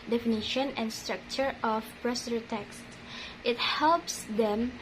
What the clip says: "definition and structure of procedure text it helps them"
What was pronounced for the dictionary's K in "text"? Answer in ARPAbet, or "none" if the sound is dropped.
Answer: K